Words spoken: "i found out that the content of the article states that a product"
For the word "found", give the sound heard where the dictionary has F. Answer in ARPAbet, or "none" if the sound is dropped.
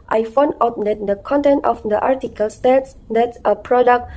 F